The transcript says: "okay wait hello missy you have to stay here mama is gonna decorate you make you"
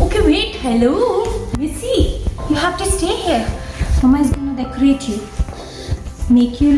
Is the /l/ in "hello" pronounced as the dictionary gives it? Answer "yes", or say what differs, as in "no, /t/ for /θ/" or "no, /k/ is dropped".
yes